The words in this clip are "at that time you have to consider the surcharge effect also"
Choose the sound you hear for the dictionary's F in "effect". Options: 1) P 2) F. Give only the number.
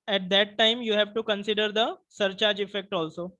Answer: 2